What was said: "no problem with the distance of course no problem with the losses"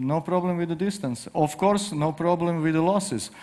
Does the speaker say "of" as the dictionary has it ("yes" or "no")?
no